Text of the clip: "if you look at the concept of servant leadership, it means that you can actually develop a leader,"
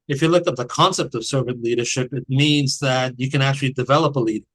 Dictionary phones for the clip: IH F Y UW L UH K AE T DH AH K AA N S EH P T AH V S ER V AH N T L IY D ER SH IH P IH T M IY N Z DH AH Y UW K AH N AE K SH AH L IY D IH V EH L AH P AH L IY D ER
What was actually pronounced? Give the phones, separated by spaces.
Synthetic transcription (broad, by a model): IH F Y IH L UH K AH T DH AH K AA N S EH P T AH V S ER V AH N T L IY D ER SH IH P IH T M IY N Z DH AH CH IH K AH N AE K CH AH L IY D IH V EH L AH P AH L IY D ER